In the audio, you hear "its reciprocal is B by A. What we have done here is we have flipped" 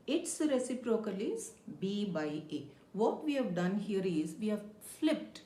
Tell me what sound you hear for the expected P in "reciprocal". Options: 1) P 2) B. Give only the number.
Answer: 1